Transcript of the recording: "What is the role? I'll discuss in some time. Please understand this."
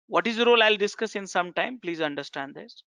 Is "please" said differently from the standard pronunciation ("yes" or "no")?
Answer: no